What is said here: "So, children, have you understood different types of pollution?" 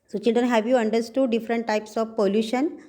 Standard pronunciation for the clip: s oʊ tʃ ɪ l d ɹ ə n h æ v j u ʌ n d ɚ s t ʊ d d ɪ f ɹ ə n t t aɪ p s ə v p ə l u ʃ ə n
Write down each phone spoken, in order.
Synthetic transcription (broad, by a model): s oʊ tʃ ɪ l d ɹ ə n h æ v j u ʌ n d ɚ s t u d d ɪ f ɹ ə n t t aɪ p s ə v p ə l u ʃ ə n